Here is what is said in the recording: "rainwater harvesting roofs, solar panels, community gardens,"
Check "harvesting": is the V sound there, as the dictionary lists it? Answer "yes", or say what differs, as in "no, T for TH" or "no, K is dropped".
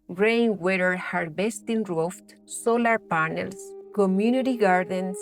no, B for V